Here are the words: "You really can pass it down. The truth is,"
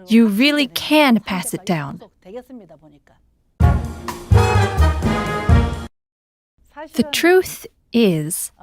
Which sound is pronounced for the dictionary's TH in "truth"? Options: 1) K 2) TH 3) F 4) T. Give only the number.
2